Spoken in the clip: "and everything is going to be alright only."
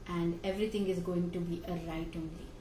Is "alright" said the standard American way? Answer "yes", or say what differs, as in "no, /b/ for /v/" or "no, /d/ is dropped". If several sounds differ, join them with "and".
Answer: no, /l/ is dropped